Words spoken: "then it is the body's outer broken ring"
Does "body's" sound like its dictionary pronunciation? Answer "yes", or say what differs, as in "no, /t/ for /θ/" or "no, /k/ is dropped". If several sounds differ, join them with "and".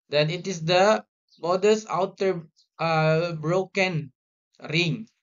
no, /s/ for /z/